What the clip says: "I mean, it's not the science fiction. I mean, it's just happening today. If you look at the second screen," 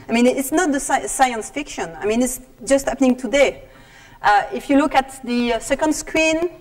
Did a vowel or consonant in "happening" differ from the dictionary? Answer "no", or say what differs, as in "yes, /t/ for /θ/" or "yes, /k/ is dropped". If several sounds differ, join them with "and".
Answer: no